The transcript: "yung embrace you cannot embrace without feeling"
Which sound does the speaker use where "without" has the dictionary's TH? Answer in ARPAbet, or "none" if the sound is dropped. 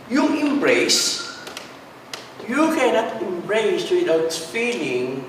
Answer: T